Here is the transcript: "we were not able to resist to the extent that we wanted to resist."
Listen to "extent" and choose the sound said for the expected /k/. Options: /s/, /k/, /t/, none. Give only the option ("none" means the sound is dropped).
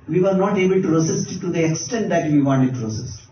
/k/